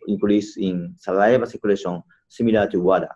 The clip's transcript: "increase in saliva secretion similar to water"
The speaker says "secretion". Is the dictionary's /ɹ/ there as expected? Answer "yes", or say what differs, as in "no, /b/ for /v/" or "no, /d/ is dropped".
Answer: no, /l/ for /ɹ/